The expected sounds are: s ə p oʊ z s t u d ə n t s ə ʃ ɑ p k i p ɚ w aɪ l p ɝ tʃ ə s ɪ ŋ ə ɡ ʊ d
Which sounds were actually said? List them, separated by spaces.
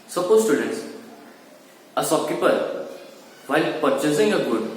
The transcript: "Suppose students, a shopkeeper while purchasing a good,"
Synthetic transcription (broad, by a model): s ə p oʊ s t u d ə n t s ə s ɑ k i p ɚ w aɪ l p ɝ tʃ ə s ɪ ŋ ə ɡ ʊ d